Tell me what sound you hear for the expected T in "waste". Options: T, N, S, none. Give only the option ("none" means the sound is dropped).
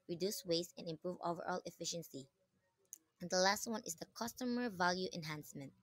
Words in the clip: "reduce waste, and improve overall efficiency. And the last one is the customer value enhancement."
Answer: none